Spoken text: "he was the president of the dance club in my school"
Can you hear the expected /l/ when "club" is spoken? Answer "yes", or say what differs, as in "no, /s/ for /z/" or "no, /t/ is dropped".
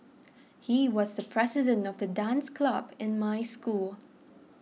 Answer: yes